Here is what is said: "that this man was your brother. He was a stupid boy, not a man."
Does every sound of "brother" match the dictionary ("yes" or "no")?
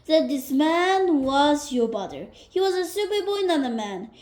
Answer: no